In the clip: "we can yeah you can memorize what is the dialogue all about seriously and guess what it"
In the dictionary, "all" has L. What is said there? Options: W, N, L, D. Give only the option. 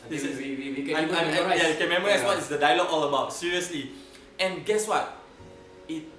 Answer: L